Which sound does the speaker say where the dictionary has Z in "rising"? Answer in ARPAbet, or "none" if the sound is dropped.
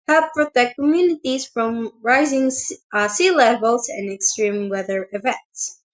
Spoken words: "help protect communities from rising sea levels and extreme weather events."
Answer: Z